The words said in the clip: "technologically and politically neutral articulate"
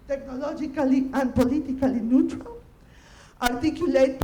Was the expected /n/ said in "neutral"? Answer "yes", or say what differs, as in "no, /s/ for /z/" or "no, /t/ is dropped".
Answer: yes